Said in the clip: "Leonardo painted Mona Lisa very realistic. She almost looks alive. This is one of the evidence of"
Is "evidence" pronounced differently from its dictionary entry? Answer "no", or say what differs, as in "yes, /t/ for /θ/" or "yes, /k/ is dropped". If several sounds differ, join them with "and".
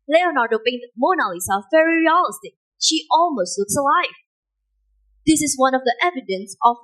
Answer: no